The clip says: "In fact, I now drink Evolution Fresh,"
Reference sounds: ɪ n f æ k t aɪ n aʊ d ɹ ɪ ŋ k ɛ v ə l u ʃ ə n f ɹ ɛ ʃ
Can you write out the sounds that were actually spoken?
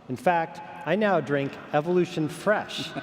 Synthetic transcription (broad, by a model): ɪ n f æ k t aɪ n aʊ d ɹ ɪ ŋ k ɛ v ə l u ʃ ə n f ɹ ɛ ʃ